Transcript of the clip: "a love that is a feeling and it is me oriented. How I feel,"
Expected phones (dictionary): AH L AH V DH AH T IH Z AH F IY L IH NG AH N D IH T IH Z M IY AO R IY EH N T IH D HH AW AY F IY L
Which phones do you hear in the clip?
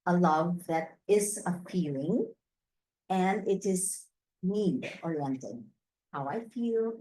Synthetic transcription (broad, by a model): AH L AH V DH AH T IH Z AH P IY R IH NG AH N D IH T IH Z M IY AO R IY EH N T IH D HH AW AY F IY L